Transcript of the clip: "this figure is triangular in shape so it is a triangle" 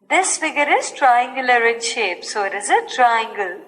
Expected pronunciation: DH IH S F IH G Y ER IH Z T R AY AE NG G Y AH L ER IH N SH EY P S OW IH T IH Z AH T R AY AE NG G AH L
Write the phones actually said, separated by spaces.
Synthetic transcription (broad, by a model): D IH S F IH G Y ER IH Z T R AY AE NG G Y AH L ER IH N SH EY P S OW IH T IH Z AH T R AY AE NG G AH L